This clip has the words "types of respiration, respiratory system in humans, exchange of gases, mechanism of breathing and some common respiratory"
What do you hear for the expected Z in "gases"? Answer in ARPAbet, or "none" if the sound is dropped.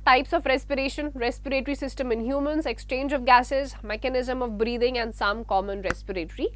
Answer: Z